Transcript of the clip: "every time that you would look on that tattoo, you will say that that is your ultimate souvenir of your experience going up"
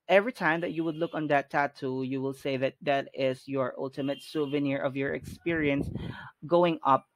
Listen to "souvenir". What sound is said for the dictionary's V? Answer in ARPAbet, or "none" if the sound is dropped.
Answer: V